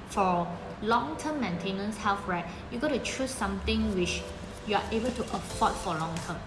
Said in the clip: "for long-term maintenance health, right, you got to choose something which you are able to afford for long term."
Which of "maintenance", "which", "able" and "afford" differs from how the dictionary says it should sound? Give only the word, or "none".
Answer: afford